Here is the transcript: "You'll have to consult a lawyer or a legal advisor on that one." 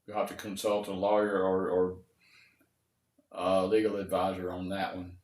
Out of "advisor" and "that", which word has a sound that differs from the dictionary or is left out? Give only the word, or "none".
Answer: none